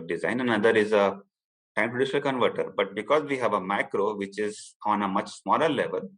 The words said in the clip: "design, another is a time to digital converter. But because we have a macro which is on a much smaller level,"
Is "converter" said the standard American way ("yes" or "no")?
yes